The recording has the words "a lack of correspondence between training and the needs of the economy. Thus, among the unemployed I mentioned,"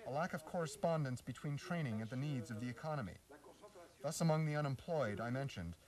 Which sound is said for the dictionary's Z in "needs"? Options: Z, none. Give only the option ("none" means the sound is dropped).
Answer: Z